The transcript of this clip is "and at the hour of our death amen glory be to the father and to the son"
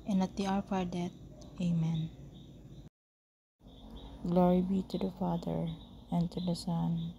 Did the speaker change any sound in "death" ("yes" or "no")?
yes